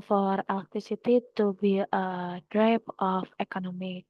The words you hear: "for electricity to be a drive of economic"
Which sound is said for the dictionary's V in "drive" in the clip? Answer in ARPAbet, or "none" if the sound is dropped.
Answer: P